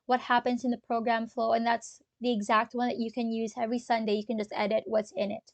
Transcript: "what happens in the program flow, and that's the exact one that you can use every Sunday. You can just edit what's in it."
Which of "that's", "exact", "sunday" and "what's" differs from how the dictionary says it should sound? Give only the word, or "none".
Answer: none